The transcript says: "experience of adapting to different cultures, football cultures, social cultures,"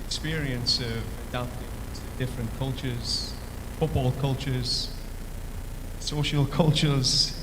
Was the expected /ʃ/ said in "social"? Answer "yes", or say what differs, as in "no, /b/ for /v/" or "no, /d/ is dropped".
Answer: yes